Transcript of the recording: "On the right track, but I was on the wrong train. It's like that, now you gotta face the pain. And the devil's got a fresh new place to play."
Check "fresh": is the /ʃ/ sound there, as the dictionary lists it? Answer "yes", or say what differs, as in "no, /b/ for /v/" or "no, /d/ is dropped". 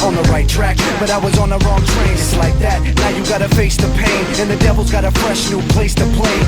yes